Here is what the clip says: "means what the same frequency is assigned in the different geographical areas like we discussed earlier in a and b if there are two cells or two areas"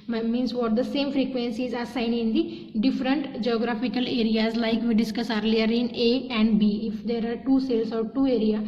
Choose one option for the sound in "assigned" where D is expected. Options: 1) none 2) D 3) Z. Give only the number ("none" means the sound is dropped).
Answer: 1